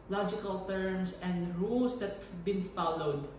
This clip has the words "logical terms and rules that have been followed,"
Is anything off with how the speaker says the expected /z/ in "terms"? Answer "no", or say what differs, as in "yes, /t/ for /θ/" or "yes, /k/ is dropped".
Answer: yes, /s/ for /z/